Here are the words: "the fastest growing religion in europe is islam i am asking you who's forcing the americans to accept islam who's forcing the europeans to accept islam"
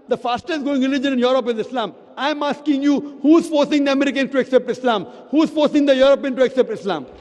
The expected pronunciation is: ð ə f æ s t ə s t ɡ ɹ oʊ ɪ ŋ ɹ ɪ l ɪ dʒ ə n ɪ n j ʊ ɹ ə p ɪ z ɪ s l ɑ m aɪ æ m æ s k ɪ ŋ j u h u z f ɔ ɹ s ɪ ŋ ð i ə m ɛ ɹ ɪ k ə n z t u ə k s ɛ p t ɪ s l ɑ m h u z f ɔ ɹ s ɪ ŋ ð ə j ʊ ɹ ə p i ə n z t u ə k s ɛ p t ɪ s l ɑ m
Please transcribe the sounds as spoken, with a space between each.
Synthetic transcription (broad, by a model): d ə f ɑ s t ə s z ɡ oʊ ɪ ŋ ɹ ɪ l ɪ dʒ ə n ɪ n j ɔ ɹ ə p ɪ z ɪ s l ɑ m aɪ m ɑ s k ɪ ŋ j u h u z f ɔ ɹ s ɪ ŋ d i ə m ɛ ɹ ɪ k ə n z t u ə k s ɛ p t ɪ s l ɑ m h u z f ɔ ɹ s ɪ ŋ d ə j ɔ ɹ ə p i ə n t u ə k s ɛ p t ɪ s l ɑ m